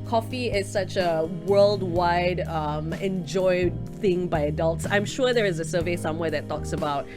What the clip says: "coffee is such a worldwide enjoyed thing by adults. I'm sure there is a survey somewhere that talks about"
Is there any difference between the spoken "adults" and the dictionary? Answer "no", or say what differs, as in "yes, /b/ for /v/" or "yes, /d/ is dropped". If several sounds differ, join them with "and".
no